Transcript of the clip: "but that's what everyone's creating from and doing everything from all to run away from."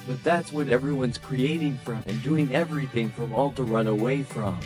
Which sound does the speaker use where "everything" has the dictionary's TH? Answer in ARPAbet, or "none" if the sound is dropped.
TH